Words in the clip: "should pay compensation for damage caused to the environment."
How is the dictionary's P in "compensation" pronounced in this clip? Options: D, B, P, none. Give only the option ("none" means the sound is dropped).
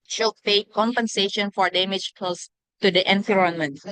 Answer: P